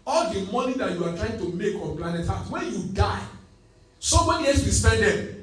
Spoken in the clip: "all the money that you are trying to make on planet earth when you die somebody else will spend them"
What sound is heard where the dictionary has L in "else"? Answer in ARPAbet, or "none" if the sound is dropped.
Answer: none